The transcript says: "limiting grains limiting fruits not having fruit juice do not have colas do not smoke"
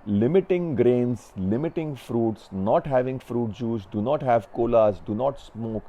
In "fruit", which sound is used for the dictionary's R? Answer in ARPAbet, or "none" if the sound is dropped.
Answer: R